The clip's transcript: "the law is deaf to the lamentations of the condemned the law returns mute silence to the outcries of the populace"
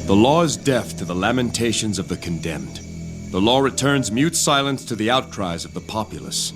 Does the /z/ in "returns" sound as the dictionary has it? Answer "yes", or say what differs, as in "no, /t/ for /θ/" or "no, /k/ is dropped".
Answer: yes